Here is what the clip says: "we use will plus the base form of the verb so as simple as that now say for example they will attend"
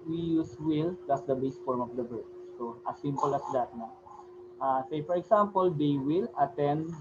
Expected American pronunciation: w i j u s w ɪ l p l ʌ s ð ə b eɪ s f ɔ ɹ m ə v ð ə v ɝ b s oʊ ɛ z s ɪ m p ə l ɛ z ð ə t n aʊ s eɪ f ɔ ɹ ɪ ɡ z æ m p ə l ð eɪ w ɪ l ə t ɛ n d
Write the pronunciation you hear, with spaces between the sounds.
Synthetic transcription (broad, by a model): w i j u s w ɪ l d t s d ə b eɪ s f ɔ ɹ m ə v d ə b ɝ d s oʊ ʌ s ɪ m p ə l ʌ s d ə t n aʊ s eɪ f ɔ ɹ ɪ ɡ s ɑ m p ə l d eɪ w ɪ l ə t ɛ n d